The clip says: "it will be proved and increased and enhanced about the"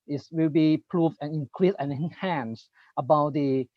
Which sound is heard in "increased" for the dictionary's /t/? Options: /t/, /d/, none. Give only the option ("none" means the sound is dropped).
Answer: none